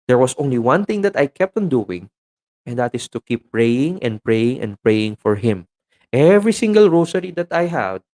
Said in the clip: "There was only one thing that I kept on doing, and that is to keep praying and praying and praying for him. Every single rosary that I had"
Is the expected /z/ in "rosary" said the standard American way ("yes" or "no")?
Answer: no